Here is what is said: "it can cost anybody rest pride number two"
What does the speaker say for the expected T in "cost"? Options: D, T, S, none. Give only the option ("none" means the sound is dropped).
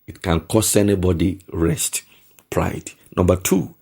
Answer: none